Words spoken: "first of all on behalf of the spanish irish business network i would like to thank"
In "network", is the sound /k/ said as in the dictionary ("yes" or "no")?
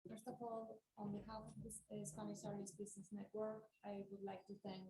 yes